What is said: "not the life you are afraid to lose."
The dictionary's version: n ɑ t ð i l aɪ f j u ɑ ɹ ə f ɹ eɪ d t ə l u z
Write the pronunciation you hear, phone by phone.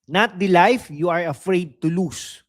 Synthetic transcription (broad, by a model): n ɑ t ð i l aɪ f j u ɑ ɹ ə f ɹ eɪ d t ə l u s